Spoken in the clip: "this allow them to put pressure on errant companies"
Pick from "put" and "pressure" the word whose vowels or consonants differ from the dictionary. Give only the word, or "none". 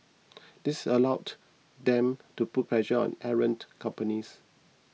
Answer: pressure